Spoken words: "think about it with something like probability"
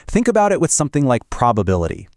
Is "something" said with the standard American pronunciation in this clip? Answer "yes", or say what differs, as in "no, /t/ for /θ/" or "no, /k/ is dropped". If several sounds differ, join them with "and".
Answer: yes